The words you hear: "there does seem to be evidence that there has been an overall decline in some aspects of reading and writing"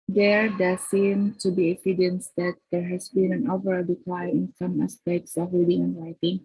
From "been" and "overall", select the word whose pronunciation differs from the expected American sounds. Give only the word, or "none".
none